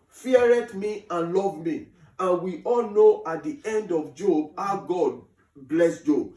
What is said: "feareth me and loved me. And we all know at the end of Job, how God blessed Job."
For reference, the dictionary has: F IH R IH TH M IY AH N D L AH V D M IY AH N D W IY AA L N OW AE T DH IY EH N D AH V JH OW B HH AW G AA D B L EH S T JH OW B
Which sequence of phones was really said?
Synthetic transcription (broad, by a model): F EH R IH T M IY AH N L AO V M IY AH N W IY AA L N OW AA T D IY EH N D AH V JH OW B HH AW G AA D B L EH S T JH OW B